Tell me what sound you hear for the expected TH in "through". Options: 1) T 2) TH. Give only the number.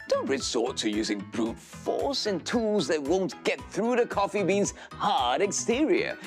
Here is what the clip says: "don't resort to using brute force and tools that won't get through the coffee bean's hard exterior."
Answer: 2